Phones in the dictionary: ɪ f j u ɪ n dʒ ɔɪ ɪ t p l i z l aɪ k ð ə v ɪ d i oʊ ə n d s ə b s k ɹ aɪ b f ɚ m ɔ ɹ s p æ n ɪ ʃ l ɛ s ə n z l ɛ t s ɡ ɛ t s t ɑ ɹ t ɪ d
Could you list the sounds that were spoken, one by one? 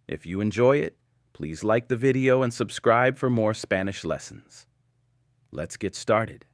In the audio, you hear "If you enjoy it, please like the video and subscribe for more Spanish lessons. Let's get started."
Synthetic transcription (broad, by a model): ɪ f j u ɪ n dʒ ɔɪ ɪ t p l i z l aɪ k ð ə v ɪ d i oʊ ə n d s ə b s k ɹ aɪ b f ɚ m ɔ ɹ s p æ n ɪ ʃ l ɛ s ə n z l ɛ t s ɡ ɛ t s t ɑ ɹ t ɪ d